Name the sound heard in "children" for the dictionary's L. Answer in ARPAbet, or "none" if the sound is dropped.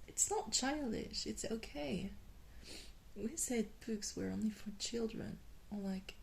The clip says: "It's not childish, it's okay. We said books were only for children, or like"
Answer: L